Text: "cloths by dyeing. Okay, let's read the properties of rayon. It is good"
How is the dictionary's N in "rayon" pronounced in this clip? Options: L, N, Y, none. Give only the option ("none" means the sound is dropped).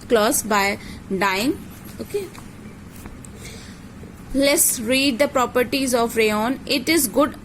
N